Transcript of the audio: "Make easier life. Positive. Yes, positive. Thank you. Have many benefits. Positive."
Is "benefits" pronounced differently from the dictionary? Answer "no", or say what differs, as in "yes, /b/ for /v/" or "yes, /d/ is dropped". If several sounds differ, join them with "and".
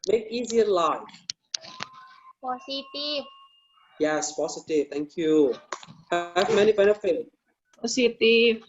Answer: yes, /s/ is dropped